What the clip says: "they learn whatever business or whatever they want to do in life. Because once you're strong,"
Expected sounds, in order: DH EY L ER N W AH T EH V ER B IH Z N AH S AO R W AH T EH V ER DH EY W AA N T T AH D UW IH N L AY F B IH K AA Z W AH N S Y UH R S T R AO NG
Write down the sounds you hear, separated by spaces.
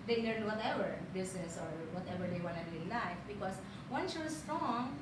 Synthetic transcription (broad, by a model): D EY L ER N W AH T EH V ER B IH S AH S AO R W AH T EH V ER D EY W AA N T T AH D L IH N L AY F B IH K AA S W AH N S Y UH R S T R AO NG